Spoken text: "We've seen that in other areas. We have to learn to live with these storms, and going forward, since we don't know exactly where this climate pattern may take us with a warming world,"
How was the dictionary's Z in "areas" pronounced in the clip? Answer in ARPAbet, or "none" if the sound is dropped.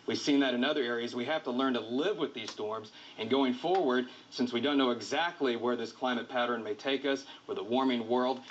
Z